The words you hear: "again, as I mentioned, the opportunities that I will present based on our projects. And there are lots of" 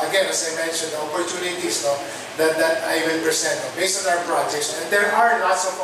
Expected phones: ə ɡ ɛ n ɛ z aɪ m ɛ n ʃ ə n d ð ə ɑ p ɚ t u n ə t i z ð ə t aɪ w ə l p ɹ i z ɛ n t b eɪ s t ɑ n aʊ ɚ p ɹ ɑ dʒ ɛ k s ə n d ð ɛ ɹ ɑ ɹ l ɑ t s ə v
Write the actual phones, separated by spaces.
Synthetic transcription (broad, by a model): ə ɡ ɛ n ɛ s aɪ m ɛ n ʃ ə n d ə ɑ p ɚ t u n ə t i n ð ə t aɪ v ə n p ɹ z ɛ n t b eɪ s t ɑ n aʊ ɚ p ɹ ɑ dʒ ɛ k s ə n d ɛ ɹ ɑ ɹ n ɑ t s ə